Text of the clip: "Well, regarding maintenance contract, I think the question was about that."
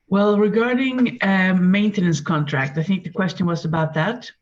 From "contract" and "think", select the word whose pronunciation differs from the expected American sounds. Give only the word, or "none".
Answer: none